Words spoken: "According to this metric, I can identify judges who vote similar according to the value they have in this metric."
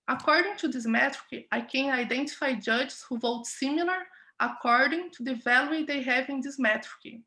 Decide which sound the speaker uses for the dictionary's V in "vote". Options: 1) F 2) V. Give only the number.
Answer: 2